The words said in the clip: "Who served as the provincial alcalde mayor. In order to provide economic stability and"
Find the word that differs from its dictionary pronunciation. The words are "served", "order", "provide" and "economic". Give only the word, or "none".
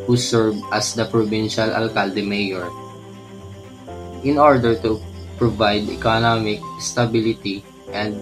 served